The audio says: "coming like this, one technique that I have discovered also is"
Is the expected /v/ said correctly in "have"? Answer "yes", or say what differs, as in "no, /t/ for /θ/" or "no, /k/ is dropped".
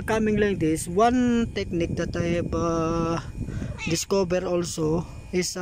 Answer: no, /b/ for /v/